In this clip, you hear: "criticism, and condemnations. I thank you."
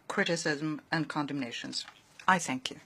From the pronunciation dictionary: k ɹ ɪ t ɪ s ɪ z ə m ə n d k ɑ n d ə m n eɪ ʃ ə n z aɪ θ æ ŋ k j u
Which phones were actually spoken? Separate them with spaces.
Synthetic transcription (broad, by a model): k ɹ ɪ t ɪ s ɪ z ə m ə n k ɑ n d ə m n eɪ ʃ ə n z aɪ θ æ ŋ k j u